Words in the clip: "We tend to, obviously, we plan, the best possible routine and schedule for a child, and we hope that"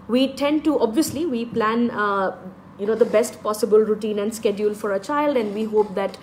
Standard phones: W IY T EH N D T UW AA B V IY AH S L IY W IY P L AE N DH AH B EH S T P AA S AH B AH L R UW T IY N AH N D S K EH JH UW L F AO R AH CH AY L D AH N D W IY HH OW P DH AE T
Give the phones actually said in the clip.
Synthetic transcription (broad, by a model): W IY T EH N D T UW AA B V IY AH S L IY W IY P L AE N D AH B EH S T P AA S AH B AH L R UW T IY N AH N D S K EH JH UW L F AO R AH CH AY L D AH N D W IY HH OW P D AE T